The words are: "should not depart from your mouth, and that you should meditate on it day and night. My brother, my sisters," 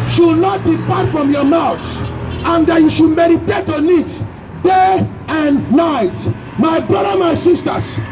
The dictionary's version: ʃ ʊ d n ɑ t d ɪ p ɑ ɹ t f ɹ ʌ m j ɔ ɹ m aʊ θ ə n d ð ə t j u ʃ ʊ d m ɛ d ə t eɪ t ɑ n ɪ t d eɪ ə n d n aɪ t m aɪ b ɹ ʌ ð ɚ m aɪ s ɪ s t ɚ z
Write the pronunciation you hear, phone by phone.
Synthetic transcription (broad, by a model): ʃ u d n ɑ t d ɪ p ɑ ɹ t f ɹ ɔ m j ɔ m aʊ s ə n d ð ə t j u ʃ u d m ɛ d ə t eɪ t ɑ n ɪ t d eɪ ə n n aɪ t m aɪ b ɹ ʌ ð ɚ m aɪ s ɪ s t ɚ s